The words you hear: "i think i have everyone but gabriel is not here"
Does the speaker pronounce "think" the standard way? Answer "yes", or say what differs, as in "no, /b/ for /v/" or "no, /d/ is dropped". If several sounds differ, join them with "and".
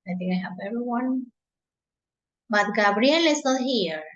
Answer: no, /t/ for /θ/